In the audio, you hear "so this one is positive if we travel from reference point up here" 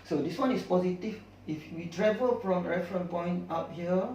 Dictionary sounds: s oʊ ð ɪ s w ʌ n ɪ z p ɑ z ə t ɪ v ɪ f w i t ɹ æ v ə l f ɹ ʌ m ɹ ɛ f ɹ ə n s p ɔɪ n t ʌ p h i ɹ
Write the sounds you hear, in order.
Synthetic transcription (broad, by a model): s oʊ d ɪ s w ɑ n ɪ s p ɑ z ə t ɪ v ɪ f w i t ɹ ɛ v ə l f ɹ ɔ m ɹ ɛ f ɹ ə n p ɔɪ n t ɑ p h i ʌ